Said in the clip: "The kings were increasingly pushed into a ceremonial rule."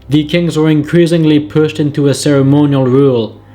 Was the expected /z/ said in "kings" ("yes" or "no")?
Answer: yes